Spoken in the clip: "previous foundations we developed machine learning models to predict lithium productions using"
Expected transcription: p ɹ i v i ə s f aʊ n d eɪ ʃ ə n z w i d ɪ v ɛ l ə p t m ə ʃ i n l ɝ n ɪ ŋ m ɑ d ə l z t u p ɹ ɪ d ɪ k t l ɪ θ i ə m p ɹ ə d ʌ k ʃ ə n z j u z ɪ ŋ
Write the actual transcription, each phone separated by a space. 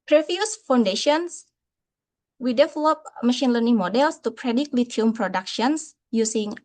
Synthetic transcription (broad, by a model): p ɹ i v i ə s f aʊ n d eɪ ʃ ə n s w i d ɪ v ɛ l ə p m ə ʃ i n l ɝ n ɪ ŋ m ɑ d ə l s t u p ɹ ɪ d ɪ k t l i t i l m p ɹ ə d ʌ k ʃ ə n s j u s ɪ ŋ